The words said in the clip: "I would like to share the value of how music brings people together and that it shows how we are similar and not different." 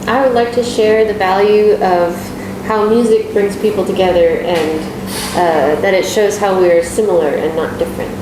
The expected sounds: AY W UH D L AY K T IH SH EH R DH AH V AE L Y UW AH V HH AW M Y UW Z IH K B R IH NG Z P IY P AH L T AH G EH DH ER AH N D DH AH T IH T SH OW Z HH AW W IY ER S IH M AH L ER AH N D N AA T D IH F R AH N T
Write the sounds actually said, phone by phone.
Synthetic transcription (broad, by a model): AY W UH D L AY K T IH SH EH R DH AH V AE L Y UW AH V HH AW M Y UW Z IH K B R IH NG Z P IY P L T AH G EH DH ER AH N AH DH AH T IH T SH OW Z HH AW W IY ER S IH M L ER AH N N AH T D IH F R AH N T